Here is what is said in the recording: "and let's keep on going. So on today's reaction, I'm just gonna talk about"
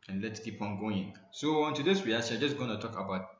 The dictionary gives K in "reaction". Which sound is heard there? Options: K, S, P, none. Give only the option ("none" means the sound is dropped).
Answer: none